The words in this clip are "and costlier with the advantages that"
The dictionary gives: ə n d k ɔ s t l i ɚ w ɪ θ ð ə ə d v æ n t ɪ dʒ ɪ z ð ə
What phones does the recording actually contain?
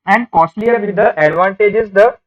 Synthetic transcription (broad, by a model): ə n d k ɔ s t l i ɚ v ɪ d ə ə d v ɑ n t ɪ dʒ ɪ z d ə